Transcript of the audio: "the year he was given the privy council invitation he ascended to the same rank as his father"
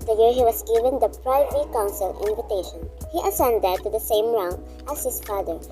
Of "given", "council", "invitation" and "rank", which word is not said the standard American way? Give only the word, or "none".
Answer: rank